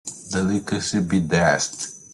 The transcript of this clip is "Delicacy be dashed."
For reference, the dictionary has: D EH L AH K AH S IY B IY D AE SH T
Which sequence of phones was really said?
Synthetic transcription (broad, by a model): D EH L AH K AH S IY B IY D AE S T